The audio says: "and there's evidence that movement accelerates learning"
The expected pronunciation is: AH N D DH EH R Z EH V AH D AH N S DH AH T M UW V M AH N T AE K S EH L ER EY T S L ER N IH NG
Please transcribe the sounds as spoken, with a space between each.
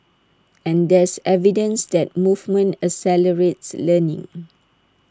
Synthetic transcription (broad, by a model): AH N D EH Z EH V AH D AH N S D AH T M UW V M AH N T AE S EH L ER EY T S L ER N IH NG